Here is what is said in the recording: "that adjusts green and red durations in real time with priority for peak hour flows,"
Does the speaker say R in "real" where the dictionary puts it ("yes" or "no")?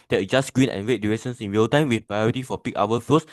no